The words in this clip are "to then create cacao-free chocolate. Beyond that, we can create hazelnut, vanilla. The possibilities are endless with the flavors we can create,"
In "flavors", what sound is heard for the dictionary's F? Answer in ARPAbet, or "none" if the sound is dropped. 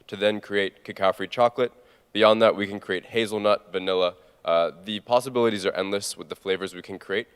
F